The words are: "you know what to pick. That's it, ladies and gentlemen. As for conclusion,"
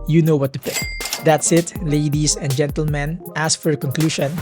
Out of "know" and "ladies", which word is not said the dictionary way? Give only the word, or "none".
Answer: ladies